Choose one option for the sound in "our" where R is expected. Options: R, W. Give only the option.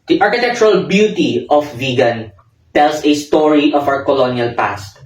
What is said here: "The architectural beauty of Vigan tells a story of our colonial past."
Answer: W